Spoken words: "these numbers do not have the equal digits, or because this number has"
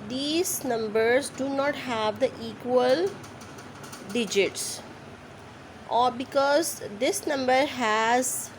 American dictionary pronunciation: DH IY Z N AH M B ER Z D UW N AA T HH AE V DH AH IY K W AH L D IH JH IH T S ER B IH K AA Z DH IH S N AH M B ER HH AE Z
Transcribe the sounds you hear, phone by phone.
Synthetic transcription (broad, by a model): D IY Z N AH M B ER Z D UW N AA T HH AE V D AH IY K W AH L D IH JH IH T S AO B IH K AA Z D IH S N AH M B ER HH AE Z